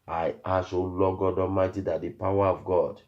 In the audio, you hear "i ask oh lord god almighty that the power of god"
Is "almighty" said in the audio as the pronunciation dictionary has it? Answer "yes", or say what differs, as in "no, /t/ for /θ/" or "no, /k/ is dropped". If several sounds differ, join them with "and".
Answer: no, /l/ is dropped